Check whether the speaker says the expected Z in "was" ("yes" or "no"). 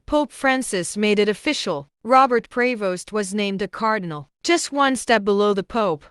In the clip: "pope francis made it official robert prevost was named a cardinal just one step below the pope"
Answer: yes